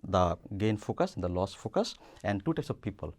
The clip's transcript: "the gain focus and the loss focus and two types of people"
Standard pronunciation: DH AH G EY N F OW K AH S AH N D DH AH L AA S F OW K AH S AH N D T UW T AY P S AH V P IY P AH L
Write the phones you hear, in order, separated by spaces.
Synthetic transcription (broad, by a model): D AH G EY N F OW K AH S AH N D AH L AA S F OW K AH S AH N D T UW T AY P S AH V P IY P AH L